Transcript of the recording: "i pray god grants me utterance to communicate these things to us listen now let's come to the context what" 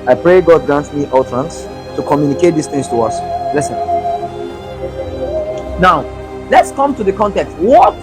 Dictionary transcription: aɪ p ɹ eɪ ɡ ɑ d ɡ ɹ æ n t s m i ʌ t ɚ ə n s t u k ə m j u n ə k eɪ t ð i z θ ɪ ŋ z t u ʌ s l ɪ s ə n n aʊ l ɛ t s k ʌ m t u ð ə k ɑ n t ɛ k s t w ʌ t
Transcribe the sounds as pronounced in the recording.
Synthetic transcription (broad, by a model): aɪ p ɹ eɪ ɡ ɑ d ɡ ɹ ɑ n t m i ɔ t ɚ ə n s t u k ə m j u n ə k eɪ t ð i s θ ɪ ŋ s t u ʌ s l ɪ s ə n n aʊ l ɛ t s k ʌ m t u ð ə k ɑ n t ɛ k s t w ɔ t